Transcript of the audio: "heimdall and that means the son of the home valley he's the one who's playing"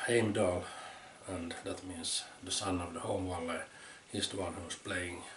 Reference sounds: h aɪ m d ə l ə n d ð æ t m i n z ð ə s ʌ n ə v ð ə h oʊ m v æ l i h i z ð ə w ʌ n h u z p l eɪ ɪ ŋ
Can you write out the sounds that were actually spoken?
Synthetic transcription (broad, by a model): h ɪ m d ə l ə n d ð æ t m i n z ð ə s ʌ n ə v ð ə h oʊ m w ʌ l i h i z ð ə w ʌ n h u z p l eɪ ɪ ŋ